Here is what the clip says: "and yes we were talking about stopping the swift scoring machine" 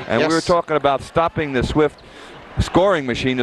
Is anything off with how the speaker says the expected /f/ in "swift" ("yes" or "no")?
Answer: no